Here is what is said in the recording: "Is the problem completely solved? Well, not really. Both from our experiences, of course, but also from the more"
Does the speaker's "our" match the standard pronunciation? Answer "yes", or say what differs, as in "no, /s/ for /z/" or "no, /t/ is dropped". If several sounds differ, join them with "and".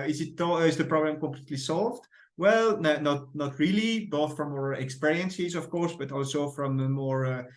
yes